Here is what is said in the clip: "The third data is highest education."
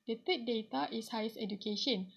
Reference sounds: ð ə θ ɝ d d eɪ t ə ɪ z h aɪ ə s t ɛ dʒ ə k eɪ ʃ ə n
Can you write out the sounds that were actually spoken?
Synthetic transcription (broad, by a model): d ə t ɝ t d eɪ t ə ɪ s h aɪ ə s ɛ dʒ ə k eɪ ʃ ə n